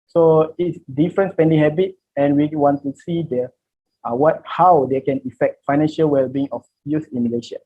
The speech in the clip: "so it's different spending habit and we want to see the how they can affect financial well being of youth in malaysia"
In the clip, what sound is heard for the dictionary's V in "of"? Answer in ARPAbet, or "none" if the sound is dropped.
F